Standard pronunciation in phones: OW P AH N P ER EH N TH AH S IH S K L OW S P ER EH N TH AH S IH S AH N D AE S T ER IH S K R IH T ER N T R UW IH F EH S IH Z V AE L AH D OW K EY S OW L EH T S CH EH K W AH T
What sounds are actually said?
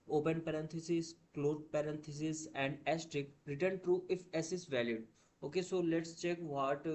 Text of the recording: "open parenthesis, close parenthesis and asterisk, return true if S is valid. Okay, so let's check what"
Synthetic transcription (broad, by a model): OW P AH N P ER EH N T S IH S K L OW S P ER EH N T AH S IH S AH N D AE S T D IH K R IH T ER N T R UW IH F EH S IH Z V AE L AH D OW K EY S OW L EH T S CH EH K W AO T